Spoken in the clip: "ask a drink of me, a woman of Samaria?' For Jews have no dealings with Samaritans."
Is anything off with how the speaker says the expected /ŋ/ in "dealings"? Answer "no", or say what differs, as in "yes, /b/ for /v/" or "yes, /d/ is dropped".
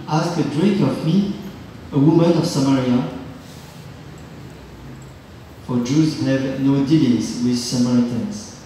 yes, /ŋ/ is dropped